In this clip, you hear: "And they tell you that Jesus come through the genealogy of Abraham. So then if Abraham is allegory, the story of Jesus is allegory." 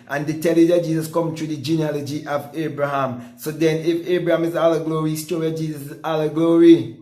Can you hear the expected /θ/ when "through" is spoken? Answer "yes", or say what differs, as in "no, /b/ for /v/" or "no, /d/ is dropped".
no, /t/ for /θ/